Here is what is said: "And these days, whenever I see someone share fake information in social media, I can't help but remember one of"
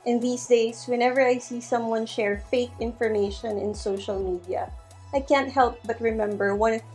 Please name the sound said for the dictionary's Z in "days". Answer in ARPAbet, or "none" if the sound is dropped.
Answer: S